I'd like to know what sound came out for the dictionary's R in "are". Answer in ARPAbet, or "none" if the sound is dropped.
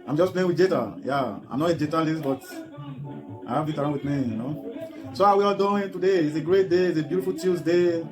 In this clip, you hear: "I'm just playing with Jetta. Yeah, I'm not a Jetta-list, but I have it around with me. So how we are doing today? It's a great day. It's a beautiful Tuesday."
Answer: L